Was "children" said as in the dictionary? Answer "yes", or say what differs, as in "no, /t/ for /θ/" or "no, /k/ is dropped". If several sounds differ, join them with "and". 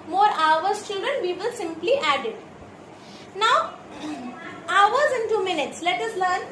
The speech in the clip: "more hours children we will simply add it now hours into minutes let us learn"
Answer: no, /l/ is dropped and /ɹ/ is dropped